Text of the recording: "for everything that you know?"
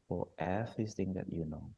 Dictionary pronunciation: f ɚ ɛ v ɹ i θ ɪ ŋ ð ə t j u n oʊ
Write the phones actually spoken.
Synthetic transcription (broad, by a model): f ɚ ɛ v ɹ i s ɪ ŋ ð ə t j u n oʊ